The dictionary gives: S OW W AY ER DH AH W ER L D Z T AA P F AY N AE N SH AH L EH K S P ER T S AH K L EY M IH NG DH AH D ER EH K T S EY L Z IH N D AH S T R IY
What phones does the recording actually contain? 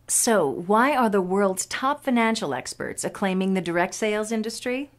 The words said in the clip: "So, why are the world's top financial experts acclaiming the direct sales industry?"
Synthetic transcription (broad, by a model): S OW W AY ER DH AH W ER L D Z T AA P F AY N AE N SH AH L EH K S P ER T S AH K L EY M IH NG DH AH D ER EH K T S EY L Z IH N D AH S T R IY